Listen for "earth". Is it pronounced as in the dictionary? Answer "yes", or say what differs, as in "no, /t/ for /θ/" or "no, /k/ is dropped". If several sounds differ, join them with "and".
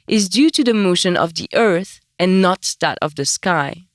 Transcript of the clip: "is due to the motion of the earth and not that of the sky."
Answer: yes